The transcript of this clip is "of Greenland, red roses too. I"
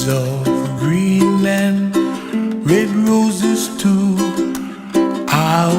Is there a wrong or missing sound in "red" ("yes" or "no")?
no